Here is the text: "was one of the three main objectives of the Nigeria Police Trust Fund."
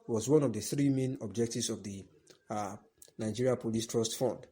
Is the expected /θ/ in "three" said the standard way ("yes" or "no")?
yes